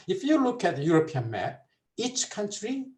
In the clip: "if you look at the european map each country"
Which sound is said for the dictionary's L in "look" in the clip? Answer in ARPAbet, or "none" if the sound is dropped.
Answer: L